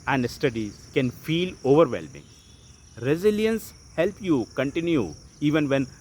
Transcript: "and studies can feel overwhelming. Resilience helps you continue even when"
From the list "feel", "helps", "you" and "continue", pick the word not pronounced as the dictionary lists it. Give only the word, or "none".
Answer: helps